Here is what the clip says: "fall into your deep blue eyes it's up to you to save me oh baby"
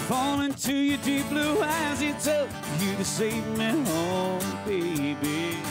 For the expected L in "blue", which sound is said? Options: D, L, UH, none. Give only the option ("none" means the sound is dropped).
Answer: L